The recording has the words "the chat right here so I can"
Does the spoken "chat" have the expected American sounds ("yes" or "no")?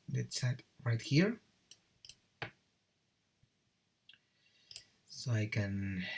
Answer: no